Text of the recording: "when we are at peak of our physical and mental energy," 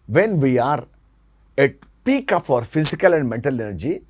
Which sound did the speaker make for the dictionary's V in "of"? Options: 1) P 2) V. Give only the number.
1